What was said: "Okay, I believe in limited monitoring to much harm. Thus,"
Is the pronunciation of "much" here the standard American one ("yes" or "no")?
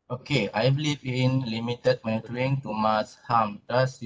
no